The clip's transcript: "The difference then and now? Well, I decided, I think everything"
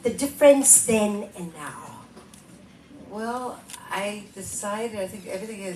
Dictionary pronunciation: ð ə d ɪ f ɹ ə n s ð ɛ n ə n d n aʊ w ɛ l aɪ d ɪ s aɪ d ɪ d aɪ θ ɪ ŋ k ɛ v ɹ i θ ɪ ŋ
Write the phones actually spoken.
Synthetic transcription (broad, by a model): ð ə d ɪ f ɹ ə n s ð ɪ n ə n n aʊ w ɛ l aɪ d ɪ s aɪ d ɪ d aɪ θ ɪ ŋ k ɛ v ɹ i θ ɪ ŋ